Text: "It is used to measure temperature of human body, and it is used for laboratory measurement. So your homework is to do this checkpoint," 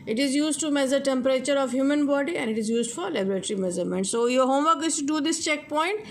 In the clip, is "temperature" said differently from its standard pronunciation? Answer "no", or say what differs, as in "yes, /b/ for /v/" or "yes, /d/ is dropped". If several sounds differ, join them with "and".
no